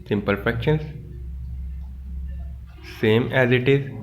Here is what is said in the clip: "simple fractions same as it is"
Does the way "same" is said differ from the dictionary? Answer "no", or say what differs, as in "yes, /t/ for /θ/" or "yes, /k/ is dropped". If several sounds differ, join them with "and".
no